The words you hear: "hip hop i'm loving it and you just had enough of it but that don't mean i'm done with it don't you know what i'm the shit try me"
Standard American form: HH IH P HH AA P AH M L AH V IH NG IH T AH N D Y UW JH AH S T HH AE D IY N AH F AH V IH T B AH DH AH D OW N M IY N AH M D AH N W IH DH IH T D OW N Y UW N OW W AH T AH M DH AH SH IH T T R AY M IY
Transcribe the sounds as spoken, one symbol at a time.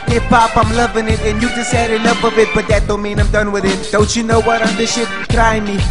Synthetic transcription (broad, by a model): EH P AA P AH M L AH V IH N IH T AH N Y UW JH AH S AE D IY L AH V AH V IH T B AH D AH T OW M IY N AH M D AH N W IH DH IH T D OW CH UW N OW W AH T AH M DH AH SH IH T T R AY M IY